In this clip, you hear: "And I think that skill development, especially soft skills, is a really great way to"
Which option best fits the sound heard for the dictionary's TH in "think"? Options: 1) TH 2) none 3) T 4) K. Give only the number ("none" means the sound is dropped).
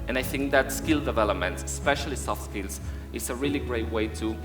1